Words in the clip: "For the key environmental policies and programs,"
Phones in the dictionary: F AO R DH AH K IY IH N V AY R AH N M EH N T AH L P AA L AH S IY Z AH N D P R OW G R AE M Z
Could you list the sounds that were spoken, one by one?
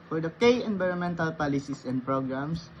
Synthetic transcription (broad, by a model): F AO R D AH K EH IH N V AY R AH N M EH N T AH L P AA L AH S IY S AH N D P R OW G R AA M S